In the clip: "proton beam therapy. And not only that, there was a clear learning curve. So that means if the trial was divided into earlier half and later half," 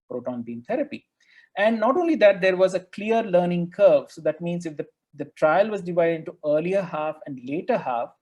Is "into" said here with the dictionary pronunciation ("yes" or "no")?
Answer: yes